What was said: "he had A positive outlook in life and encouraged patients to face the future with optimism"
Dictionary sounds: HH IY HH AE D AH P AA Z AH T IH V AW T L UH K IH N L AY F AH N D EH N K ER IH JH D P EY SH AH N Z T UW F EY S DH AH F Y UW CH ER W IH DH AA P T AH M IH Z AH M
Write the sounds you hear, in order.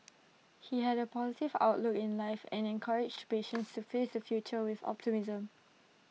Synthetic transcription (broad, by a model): HH IY HH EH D AH P AA Z AH T IH V AW T L UH K IH N L AY F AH N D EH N K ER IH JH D P EY SH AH N S T UW F EY S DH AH F Y UW CH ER W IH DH AA P T AH M IH Z AH M